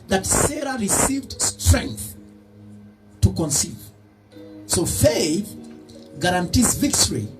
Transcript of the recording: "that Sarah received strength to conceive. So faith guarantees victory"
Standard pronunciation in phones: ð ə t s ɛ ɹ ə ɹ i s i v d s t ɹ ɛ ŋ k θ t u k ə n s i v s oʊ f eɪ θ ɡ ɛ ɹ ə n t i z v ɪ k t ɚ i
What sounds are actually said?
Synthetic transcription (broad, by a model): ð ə t s ɛ ɹ ə ɹ i s i v d s t ɹ ɛ ŋ k θ t u k ə n s i v s oʊ f eɪ θ ɡ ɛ ɹ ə n t i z v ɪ k t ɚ i